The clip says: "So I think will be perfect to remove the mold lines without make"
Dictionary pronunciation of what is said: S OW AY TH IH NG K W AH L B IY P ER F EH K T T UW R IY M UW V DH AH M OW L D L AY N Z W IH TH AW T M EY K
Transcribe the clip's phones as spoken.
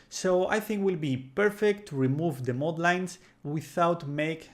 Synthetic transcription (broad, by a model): S OW AY TH IH NG K W AH L B IY P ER F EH K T T UW R IY M UW V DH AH M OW D L AY N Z W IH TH AW T M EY K